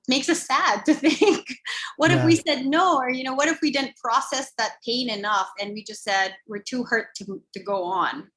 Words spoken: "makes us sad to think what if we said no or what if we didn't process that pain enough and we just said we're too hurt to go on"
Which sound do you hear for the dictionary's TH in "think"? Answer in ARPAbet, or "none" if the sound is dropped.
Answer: TH